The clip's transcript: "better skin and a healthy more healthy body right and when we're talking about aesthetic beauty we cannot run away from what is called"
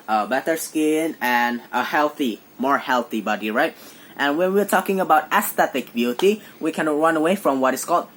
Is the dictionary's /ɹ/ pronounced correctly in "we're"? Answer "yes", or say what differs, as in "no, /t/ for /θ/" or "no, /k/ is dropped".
yes